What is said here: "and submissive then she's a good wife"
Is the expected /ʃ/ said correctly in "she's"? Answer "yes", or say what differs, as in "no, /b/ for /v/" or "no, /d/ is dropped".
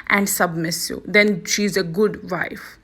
yes